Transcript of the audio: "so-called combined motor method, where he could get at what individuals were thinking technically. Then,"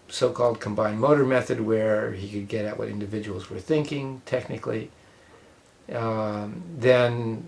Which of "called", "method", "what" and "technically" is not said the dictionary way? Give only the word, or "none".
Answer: none